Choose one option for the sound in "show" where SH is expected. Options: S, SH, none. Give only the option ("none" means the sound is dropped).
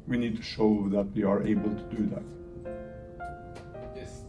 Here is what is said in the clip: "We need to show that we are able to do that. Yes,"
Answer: SH